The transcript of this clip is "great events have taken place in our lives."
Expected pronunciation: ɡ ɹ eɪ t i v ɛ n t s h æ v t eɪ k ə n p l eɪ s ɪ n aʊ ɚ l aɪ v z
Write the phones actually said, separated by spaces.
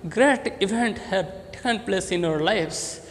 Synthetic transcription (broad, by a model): ɡ ɹ eɪ t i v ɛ n t h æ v t eɪ k ə n p l eɪ s ɪ n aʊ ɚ l aɪ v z